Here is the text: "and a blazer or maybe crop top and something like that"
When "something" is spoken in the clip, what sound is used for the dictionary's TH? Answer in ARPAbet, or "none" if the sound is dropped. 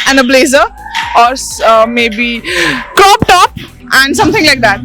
T